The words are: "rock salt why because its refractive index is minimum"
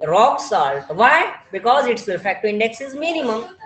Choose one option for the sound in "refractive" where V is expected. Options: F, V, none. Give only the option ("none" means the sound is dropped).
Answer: none